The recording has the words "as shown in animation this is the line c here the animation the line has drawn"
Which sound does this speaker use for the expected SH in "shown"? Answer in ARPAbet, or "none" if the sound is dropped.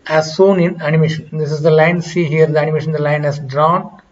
S